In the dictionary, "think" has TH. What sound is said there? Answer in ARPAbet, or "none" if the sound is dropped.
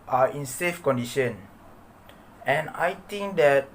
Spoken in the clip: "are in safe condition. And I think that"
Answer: T